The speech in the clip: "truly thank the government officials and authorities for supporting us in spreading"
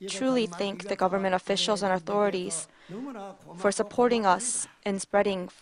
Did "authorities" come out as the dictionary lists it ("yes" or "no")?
yes